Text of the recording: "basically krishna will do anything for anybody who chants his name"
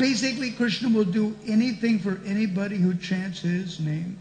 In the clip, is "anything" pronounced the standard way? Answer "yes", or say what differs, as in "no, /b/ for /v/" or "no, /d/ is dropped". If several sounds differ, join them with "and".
yes